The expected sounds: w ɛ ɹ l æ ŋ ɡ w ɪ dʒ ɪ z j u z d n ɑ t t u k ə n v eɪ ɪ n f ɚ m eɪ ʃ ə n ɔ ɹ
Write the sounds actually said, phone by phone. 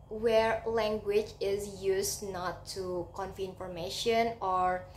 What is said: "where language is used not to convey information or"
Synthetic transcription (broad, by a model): w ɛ ɹ l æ ŋ ɡ w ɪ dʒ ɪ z j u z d n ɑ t t u k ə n f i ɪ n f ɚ m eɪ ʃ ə n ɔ ɹ